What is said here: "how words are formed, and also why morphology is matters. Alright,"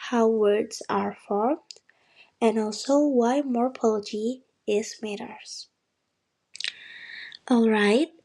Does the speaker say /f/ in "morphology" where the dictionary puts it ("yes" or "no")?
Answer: no